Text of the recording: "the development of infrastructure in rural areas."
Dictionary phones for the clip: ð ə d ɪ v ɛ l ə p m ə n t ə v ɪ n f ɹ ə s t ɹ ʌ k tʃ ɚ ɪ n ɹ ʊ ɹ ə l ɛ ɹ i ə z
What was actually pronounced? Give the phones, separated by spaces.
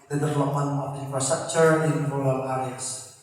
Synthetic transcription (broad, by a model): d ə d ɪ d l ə m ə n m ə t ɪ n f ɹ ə s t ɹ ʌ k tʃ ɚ ɪ n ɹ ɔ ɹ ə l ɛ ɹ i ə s